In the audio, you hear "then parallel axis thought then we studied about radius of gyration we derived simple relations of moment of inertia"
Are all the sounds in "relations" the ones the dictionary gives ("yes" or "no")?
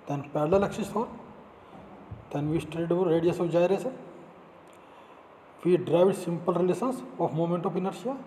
no